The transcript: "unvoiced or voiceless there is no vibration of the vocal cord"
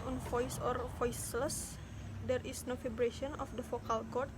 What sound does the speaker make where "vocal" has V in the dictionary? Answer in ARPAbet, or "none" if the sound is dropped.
F